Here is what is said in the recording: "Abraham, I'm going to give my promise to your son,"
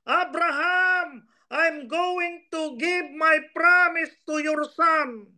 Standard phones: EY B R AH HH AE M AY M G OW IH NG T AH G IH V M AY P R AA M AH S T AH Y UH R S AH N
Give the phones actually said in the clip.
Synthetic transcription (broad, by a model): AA B R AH HH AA M AY M G OW IH NG T AH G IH B M AY P R AA M AH S T AH Y UH R S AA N